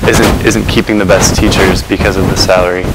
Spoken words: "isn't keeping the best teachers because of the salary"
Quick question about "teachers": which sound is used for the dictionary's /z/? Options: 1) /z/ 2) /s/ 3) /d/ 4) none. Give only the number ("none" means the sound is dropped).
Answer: 1